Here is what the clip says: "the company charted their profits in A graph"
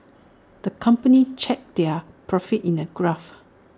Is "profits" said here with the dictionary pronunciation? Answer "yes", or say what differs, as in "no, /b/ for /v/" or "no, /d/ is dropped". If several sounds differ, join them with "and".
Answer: no, /s/ is dropped